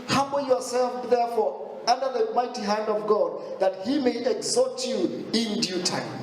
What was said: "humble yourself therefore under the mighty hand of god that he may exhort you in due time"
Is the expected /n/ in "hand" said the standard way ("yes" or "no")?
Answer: yes